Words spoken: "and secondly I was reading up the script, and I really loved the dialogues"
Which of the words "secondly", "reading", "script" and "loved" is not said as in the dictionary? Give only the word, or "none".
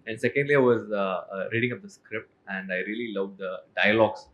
none